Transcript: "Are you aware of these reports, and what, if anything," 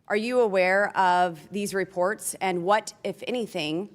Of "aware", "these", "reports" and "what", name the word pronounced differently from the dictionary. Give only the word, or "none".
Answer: none